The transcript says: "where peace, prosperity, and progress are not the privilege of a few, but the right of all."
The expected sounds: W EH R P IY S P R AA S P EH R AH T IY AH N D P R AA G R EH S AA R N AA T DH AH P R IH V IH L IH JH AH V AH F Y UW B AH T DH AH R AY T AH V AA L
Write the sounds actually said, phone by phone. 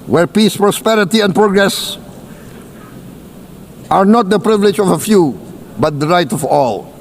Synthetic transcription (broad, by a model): W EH R P IY S P R AA S P EH R AH T IY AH N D P R AA G R EH S AA R N AA T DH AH P R IH V IH L IH JH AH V AH F Y UW B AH T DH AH R AY T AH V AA L